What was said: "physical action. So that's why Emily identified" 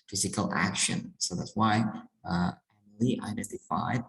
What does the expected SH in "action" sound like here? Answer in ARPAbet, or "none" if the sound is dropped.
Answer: SH